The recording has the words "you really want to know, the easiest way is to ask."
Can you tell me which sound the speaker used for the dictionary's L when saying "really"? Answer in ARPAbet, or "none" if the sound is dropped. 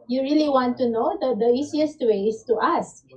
L